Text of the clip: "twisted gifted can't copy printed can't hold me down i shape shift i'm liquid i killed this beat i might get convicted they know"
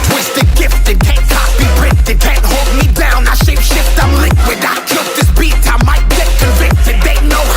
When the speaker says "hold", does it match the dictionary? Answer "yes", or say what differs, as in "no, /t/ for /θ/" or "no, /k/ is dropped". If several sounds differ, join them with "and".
yes